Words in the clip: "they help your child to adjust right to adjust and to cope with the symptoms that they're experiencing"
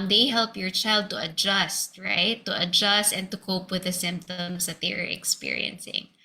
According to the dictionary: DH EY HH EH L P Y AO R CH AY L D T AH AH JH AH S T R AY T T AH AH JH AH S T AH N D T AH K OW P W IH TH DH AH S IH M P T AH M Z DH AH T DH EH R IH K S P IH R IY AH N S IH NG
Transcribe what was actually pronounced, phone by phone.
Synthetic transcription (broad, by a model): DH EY HH EH L P Y AO R CH AY L D T AH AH JH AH S T R AY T T AH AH JH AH S T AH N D T AH K OW P W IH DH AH S IH M P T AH M S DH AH T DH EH R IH K S P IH R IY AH N S IH NG